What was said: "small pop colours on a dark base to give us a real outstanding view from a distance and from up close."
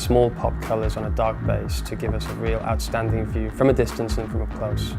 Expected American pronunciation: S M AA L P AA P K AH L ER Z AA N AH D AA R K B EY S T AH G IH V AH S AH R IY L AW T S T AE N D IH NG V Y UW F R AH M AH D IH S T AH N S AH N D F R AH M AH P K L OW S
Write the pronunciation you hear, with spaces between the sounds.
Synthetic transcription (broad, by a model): S M AA L P AA P K AH L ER Z N AH D AA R K B EY S T AH G IH V AH S AH R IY L AW T S T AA N D IH NG V Y UW F R AH M AH D IH S T AH N S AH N F R AH M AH K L OW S